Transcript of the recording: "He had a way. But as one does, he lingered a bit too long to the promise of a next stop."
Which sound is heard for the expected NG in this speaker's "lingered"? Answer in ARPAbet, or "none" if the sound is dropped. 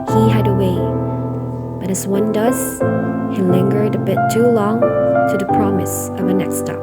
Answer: NG